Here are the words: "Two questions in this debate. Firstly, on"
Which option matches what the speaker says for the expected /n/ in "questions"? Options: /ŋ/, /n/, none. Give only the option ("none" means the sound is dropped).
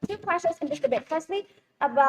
none